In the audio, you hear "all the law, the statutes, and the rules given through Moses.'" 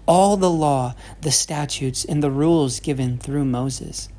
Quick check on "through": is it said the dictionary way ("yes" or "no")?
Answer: yes